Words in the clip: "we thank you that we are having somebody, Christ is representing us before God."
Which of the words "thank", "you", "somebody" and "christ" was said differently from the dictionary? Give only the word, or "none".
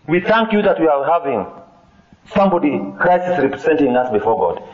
christ